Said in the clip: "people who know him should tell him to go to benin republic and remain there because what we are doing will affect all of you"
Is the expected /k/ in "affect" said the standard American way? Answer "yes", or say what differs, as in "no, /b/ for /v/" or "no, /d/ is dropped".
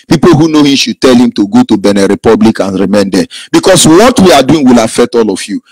no, /k/ is dropped